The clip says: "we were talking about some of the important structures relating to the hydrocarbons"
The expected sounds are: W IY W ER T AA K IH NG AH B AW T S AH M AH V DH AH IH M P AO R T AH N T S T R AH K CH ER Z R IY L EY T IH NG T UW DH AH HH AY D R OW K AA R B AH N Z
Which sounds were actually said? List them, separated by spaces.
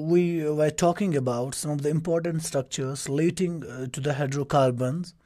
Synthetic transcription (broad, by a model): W IY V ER T AA K IH NG AH B AW T S AH M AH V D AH IH M P AO R T AH N T S T R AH K CH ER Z L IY T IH NG T UW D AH HH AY D R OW K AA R B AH N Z